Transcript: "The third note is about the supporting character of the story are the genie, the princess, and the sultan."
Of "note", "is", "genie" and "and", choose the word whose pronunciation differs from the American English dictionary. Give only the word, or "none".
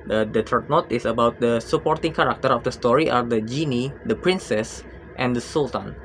is